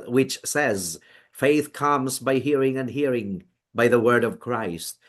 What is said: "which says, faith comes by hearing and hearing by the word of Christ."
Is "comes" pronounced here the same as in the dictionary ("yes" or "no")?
yes